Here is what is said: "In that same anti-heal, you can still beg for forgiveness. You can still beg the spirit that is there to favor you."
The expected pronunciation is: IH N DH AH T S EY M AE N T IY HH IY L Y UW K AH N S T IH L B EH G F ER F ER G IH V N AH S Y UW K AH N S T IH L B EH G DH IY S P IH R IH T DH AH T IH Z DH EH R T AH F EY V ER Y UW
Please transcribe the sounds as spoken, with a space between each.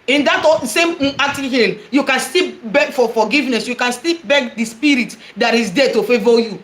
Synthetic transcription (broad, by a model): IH N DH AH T S EY M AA T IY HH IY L Y UW K AH N S T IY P B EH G F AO F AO G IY V N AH S Y UW K AH N S T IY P B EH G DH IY S P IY R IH T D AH T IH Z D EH T AH F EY V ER Y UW